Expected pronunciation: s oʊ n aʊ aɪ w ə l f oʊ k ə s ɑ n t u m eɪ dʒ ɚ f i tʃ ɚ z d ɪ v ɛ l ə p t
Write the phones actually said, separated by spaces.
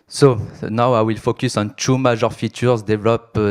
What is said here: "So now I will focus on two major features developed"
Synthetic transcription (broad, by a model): s oʊ n aʊ aɪ w ə l f oʊ k ə s ɑ n t u m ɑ ʒ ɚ f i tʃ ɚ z d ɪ v l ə p